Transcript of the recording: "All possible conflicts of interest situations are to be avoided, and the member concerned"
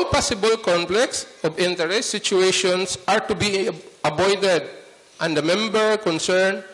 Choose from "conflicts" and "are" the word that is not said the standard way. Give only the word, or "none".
conflicts